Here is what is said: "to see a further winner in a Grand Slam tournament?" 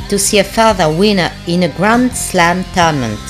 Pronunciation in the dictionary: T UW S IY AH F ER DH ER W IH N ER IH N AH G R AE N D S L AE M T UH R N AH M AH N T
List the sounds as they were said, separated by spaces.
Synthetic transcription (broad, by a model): T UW S IY AH F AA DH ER W IH N ER IH N AH G R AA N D S L AE M T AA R N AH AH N